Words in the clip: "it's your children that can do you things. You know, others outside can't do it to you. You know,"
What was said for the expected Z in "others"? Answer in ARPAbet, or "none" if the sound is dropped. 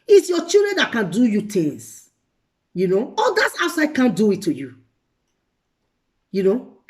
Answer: S